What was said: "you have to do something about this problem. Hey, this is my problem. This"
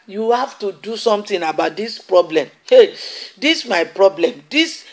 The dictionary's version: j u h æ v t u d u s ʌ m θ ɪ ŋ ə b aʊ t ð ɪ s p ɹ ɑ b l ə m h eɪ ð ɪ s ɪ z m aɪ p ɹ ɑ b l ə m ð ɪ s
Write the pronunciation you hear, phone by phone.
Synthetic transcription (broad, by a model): j u h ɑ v t u d u s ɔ m t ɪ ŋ ə b aʊ t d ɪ s p ɹ ɑ b l ə m h eɪ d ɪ s m aɪ p ɹ ɑ b l ə m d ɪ s